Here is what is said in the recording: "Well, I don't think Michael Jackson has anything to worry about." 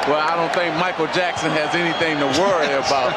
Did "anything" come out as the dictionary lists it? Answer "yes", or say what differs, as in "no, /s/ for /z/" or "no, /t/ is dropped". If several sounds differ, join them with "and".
yes